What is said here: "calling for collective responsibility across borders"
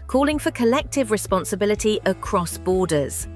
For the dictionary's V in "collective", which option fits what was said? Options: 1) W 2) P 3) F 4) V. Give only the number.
4